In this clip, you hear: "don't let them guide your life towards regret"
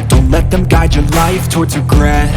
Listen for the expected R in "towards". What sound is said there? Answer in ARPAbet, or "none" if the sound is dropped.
R